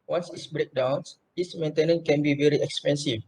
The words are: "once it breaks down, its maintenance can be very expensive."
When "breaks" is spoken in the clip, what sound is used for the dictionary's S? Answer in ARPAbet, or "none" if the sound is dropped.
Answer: none